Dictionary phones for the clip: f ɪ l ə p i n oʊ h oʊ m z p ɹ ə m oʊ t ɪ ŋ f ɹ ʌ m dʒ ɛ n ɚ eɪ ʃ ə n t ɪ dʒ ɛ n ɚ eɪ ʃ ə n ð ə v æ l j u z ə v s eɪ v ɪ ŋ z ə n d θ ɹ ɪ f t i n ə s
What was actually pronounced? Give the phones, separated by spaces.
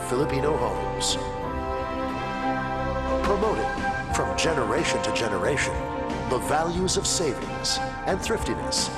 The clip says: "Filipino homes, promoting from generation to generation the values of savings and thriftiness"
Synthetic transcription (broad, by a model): f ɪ l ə p i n oʊ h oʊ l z p ɹ ə m oʊ t ɪ ŋ f ɹ ʌ m dʒ ɛ n ɚ eɪ ʃ ə n t ɪ dʒ ɛ n ɚ eɪ ʃ ə n ð ə v æ l j u z ə v s eɪ v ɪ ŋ s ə n θ ɹ ɪ f t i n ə s